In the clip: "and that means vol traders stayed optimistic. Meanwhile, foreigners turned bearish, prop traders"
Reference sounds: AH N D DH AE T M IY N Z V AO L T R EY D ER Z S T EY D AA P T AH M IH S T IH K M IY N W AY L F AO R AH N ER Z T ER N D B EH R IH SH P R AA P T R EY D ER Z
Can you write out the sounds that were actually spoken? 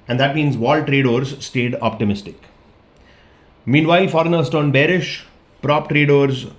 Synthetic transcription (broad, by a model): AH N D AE T M IY N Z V AO L T R EY D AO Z S T EY D AA P T AH M IH S T IH K M IY N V AY L F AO R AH N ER S T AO N B EH R IH SH P R AA P T R EY D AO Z